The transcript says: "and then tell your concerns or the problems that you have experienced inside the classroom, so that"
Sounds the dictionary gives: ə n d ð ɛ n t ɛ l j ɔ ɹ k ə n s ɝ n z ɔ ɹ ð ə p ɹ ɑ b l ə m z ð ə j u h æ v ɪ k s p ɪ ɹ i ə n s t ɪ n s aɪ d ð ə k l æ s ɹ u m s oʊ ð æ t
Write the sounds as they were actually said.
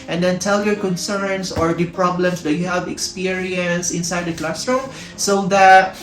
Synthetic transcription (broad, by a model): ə n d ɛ n t ɛ l j ɔ ɹ k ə n s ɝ n s ɔ ɹ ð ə p ɹ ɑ b l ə m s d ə j u h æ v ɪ k s p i ɹ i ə n s ɪ n s aɪ d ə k l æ s ɹ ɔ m s oʊ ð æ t